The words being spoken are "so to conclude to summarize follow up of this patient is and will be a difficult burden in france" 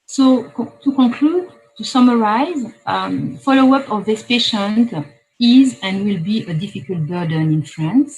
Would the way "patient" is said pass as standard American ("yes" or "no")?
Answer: yes